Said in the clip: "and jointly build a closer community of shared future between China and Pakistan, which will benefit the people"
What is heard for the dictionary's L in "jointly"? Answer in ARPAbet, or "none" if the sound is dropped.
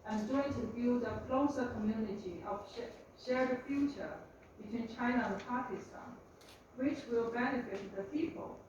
none